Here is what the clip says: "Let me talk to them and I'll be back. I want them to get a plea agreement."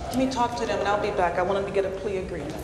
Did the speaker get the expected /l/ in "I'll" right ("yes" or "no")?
yes